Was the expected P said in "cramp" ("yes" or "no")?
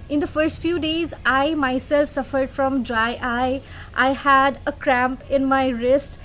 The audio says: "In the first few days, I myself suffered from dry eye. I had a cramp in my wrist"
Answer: yes